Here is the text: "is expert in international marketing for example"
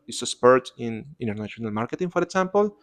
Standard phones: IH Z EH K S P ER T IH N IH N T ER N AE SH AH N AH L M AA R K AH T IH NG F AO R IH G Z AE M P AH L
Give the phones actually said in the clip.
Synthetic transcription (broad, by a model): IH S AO S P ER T IH N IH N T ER N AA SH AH N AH L M AA R K AH T IH NG F AO R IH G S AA M P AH L